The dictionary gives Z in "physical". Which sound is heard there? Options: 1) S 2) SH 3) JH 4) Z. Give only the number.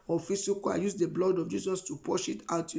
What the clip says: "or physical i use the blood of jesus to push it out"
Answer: 1